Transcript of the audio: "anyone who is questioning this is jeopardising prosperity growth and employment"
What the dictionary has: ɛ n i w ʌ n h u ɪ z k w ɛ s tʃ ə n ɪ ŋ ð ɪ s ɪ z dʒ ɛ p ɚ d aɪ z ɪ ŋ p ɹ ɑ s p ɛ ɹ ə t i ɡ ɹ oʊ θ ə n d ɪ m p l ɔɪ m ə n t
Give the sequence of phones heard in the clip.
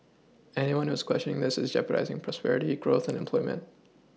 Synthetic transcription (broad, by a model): ɛ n i w ʌ n h u ɪ z k w ɛ s tʃ ə n ɪ ŋ ð ɪ s ɪ z dʒ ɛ p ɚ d aɪ z ɪ ŋ p ɹ ɑ s p ɛ ɹ ə t i ɡ ɹ oʊ θ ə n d ɪ m p l ɔɪ m ə n t